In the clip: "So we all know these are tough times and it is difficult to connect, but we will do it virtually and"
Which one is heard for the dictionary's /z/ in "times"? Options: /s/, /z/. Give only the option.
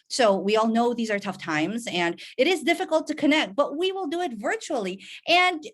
/z/